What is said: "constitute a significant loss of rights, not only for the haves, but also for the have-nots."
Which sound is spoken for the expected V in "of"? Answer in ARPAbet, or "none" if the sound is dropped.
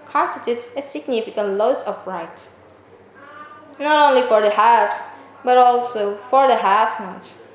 P